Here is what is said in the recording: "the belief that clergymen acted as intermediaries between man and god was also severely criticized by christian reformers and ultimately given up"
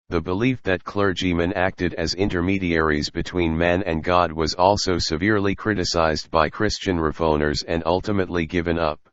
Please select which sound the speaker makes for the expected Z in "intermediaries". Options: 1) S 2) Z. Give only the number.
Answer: 2